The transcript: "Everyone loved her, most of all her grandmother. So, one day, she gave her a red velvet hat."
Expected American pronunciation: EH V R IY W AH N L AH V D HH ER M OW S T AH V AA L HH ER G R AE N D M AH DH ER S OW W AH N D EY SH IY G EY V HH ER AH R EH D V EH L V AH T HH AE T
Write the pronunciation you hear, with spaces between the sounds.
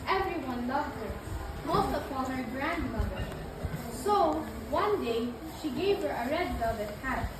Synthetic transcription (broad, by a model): EH V R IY W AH N L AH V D HH ER M OW S T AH P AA N HH ER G R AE N D M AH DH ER S OW W AH N D EY SH IY G EY V HH ER AH R EH D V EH V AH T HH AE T